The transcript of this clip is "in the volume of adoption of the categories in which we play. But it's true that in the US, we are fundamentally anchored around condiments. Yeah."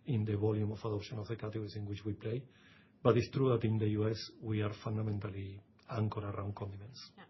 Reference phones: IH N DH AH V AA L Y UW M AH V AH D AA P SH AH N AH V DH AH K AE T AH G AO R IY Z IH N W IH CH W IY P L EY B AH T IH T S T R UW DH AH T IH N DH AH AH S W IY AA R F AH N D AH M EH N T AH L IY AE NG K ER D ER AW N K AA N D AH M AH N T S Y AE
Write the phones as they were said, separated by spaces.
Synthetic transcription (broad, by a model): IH N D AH B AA L Y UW M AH F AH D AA P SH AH N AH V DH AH K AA T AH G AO R IY S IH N W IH CH W IY P L EY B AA T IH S T R UW DH AH T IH N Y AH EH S W IY AA R F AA N D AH M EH N T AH L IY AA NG K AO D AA AW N K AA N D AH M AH N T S